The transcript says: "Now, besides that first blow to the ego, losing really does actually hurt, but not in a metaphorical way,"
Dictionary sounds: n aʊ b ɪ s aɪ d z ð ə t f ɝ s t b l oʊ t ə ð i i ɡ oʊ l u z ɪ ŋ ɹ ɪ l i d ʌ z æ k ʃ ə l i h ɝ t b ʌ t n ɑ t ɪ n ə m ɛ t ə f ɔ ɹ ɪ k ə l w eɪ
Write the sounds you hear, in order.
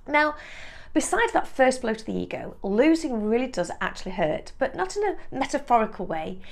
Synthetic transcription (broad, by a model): n aʊ b ɪ s aɪ d z ð ə t f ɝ s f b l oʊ t ə ð i i ɡ oʊ l u z ɪ ŋ ɹ ɪ l i d ʌ z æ k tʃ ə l i h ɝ t b ʌ t n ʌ t ɪ n ə m ɛ t ə f ɔ ɹ ɪ k ə l w eɪ